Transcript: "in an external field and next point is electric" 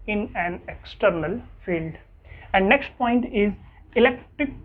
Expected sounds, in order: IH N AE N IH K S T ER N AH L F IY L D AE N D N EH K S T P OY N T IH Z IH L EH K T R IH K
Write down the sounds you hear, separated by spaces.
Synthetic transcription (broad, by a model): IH N AE N IH K S T ER N AH L F IY L D AE N D N EH K S T P OY N T IH Z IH L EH K T R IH K